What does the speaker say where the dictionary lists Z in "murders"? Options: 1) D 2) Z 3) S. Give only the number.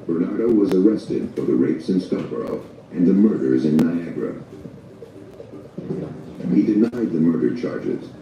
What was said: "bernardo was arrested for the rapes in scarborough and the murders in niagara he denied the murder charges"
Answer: 2